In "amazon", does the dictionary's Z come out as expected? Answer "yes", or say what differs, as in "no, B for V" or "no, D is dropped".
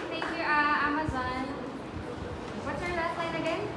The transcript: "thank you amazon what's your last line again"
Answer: yes